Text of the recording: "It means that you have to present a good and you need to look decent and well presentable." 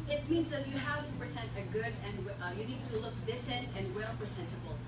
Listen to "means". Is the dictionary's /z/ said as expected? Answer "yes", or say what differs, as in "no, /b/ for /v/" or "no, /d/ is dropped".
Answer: yes